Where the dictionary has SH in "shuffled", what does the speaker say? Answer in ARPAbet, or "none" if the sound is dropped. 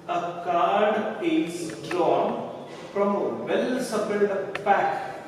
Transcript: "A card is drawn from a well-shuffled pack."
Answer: S